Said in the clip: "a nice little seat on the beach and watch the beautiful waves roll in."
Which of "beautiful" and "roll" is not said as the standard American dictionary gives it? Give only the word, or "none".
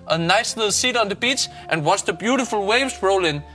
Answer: none